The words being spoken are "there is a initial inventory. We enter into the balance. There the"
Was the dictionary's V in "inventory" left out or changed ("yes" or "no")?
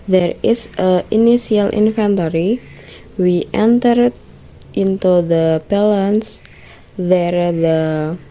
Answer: yes